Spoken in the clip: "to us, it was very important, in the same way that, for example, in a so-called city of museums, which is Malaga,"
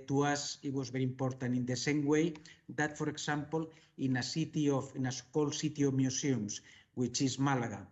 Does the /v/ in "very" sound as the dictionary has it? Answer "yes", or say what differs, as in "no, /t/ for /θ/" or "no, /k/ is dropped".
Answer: no, /b/ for /v/